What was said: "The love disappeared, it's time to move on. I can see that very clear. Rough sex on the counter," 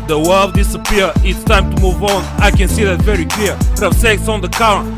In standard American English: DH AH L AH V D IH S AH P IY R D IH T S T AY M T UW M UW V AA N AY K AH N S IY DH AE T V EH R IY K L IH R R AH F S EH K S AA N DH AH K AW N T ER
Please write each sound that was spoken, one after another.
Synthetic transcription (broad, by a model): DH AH W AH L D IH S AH P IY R IH T S T AY M T UW M UW V AA N AY K AH N S IY DH AE T V EH R IY K L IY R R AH S EH K S AA N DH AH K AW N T